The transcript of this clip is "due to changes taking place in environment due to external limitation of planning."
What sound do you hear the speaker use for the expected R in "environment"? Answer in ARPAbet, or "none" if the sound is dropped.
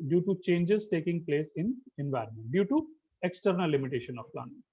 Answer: R